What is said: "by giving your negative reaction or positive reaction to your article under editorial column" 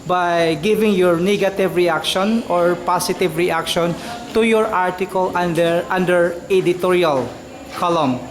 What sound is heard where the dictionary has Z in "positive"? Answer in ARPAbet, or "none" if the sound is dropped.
S